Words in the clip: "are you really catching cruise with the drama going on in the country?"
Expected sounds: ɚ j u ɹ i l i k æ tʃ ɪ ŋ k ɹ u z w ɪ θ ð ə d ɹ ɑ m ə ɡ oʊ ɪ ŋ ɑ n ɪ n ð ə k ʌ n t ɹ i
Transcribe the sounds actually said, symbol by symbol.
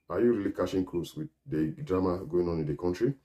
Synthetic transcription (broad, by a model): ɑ j u ɹ i l i k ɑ ʃ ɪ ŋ k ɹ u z w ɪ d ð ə d ɹ ɑ m ə ɡ oʊ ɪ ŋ ɑ n ɪ n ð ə k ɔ n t ɹ i